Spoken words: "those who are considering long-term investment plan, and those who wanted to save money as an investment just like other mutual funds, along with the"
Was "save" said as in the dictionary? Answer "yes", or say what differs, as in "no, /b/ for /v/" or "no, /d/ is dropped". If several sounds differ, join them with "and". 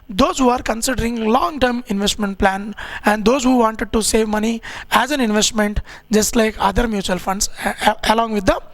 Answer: yes